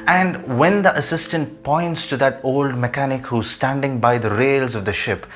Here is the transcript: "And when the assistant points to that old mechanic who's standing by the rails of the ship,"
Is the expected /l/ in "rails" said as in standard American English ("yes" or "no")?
yes